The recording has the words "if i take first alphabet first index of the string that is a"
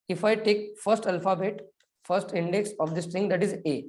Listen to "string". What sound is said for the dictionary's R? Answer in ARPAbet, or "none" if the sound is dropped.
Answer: none